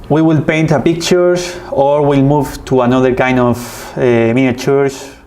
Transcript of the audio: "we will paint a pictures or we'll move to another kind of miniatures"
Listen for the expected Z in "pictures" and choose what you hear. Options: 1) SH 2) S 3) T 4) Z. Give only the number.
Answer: 2